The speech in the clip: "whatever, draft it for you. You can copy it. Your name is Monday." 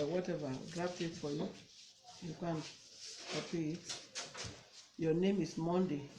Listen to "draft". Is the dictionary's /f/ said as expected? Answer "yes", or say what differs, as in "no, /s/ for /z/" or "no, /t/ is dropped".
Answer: no, /p/ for /f/